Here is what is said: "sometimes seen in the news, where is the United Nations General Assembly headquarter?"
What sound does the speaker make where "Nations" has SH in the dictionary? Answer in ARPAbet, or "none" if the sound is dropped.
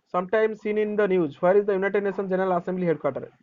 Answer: S